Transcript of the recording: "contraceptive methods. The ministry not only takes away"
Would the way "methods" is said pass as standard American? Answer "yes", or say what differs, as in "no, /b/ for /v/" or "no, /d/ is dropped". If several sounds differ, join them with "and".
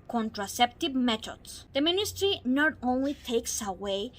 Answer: no, /t/ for /θ/